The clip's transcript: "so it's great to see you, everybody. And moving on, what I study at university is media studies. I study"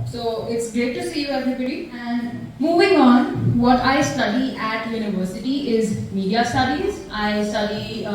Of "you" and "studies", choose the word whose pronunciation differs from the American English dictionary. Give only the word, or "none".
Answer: none